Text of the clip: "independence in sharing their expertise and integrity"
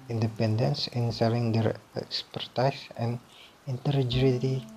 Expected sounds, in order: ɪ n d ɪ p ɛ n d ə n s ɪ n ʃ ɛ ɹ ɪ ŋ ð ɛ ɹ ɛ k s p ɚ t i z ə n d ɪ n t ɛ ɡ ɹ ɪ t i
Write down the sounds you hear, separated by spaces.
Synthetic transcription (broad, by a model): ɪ n d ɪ p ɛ n d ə n s ɪ n s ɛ l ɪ ŋ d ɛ ɹ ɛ k s p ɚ t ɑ s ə n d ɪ n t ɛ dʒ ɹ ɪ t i